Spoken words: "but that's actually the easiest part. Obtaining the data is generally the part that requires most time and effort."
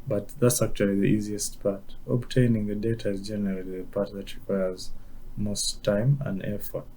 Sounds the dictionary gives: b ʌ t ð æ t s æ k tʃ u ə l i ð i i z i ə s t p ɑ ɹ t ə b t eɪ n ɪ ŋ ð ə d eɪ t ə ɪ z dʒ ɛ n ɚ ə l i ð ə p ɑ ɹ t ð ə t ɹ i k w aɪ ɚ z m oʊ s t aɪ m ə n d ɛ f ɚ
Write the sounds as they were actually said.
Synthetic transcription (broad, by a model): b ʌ t ð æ t s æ k tʃ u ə l i ð i i z i ə s t p ɑ ɹ t ə b t eɪ n ɪ ŋ ð ə d eɪ t ə ɪ z dʒ ɛ n ɚ ə l i ð ə p ɑ ɹ t ð ə t ɹ i k w aɪ ɚ z m oʊ s t aɪ m ə n d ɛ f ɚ